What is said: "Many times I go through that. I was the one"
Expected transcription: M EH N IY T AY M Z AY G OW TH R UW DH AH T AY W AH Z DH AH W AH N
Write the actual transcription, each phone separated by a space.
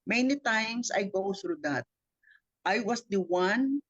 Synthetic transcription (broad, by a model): M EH N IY T AY M S AY G OW TH R UW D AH T AY W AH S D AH W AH N